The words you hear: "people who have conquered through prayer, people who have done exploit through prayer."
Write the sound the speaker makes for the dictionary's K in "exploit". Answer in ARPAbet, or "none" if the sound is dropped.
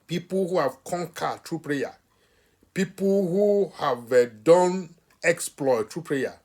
K